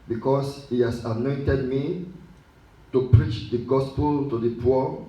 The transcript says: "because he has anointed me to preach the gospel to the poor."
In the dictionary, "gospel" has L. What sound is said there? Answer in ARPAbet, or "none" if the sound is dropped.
L